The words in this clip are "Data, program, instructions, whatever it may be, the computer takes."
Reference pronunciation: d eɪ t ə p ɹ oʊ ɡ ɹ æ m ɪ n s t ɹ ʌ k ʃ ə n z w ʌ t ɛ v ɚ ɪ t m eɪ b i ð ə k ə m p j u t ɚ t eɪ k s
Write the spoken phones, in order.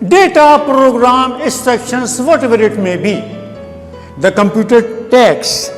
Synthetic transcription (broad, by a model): d eɪ t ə p ɹ oʊ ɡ ɹ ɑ m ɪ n s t ʌ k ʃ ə n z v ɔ t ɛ v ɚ ɪ t m eɪ b i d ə k ə m p j u t ɚ t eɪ k s